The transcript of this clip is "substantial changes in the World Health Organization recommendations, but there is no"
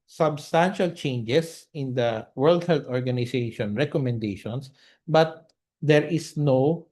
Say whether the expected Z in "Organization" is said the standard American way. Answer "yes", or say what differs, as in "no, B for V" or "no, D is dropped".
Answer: no, S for Z